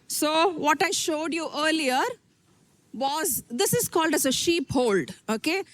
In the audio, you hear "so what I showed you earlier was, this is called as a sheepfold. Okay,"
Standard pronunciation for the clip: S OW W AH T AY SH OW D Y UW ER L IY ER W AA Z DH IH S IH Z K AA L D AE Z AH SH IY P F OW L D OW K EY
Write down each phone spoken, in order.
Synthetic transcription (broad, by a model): S OW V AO T AY SH OW D Y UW ER L IY ER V AA Z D IH S IH Z K AA L D AE Z AH SH IY P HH OW L D OW K EY